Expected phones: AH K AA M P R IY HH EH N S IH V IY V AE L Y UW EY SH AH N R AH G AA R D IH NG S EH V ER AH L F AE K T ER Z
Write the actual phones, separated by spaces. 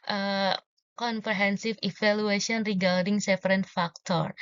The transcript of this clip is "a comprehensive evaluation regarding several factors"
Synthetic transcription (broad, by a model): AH K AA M P R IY HH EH N S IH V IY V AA L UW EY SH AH N R AH G AA R D IH NG S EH F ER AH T F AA K T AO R